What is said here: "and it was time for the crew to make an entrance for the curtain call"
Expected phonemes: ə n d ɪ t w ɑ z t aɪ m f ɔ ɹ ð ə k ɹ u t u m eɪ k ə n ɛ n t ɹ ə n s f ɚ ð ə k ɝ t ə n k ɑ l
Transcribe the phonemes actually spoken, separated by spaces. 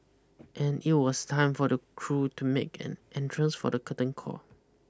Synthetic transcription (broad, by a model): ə n ɪ t w ɑ s t aɪ m f ɔ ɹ ə k ɹ u t u m eɪ k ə n ɛ n t ɹ ə n s f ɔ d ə k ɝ t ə n k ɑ